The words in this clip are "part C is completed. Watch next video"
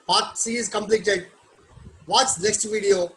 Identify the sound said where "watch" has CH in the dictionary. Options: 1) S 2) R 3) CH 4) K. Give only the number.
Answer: 1